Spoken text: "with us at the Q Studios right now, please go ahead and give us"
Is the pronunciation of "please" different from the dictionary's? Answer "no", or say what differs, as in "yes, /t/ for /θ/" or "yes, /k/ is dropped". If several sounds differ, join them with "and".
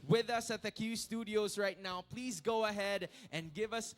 no